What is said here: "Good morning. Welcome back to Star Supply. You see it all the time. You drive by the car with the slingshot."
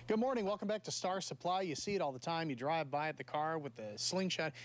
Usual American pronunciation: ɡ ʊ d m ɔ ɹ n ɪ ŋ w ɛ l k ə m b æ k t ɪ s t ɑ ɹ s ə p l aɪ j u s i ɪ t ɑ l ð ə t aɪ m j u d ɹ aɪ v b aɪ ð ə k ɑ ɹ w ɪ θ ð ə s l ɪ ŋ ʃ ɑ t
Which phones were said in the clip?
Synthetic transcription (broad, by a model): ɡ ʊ d m ɔ ɹ n ɪ ŋ w ɛ l k ə m b æ k t ɪ s t ɑ ɹ s ə p l aɪ j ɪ s i ɪ t ɑ l ð ə t aɪ m j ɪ d ɹ aɪ v b aɪ ð ə k ɑ ɹ w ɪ ð ə s l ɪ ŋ ʃ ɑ t